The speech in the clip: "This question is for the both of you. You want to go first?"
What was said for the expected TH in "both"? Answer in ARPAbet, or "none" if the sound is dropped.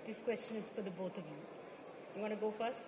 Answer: T